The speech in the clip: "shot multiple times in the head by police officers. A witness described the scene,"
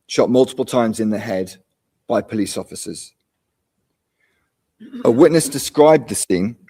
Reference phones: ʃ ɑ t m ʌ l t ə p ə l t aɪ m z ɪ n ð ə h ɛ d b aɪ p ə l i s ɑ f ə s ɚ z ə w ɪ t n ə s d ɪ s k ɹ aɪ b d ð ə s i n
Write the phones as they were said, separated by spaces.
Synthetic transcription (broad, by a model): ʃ ɑ t m ʌ l t ə p ə l t aɪ m z ɪ n ð ə h ɛ d b aɪ p ə l i s ɑ f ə s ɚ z ə w ɪ t n ə s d ɪ s k ɹ aɪ b ð ə s i n